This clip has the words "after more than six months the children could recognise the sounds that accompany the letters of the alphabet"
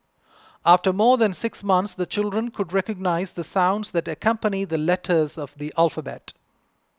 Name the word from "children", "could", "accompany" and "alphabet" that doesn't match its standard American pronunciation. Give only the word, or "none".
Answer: none